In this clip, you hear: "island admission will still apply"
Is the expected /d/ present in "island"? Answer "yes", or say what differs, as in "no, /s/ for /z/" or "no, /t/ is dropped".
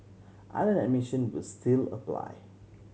no, /d/ is dropped